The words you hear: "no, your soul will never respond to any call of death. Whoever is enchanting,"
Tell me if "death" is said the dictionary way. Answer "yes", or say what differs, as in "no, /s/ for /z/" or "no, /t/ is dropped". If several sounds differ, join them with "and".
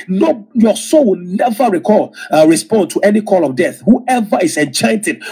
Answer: yes